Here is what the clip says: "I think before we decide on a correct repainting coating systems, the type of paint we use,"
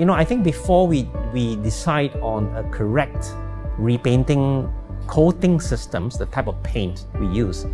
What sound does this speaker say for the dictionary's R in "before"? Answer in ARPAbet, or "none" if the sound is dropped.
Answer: W